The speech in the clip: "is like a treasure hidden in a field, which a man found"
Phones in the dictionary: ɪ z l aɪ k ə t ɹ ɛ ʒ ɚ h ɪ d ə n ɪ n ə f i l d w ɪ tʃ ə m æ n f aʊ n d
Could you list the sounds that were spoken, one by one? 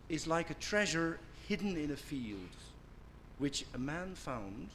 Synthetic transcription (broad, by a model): ɪ z l aɪ k ə t ɹ ɛ ʒ ɚ h ɪ d n ɪ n ə f i l d w ɪ tʃ ə m æ n f aʊ n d